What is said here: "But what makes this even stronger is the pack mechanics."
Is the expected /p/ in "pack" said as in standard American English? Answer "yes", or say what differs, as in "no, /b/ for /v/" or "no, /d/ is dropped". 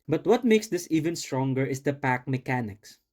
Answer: yes